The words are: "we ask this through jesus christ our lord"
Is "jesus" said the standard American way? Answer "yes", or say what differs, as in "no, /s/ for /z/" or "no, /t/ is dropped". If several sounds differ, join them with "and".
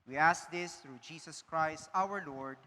no, /s/ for /z/